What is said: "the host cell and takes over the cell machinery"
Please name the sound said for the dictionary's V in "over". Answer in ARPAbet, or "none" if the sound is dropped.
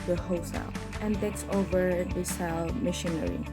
V